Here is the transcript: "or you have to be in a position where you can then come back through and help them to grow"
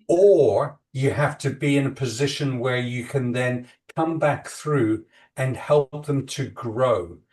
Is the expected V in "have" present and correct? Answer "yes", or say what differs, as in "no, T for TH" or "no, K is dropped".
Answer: no, F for V